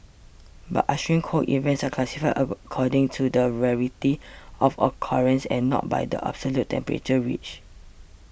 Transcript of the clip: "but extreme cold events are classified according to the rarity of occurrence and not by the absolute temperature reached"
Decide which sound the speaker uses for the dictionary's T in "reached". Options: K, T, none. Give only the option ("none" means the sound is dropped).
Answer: none